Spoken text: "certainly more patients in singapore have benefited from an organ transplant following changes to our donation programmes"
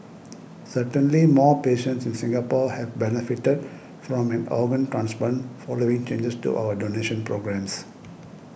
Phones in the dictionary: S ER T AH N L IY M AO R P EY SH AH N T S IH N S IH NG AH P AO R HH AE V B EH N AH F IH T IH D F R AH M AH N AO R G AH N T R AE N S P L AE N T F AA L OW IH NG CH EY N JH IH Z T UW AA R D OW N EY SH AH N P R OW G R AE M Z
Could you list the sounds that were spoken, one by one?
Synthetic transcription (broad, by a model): S ER T AH N L IY M AO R P EY SH AH N T S IH N S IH NG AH P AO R HH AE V B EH N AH F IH T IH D F R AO M AH N AO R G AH N T R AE N S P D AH N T F AA L OW IH NG CH EY N JH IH S T UW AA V D OW N EY SH AH N P R OW G R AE M S